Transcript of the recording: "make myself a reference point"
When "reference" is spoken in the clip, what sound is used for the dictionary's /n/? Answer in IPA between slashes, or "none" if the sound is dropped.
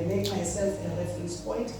none